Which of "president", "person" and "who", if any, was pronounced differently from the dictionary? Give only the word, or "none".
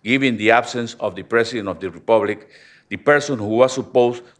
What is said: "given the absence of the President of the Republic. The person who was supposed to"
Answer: president